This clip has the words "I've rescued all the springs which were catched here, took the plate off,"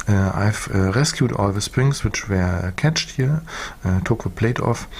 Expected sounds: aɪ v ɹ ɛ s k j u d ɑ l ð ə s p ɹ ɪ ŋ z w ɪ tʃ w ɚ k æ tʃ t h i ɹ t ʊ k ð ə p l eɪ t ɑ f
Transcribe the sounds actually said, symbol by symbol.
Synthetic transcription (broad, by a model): aɪ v ɹ ɛ s k j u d ɑ l ð ə s p ɹ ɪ ŋ s w ɪ tʃ w ɚ k æ tʃ t h i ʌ t ʊ k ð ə p l eɪ t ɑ f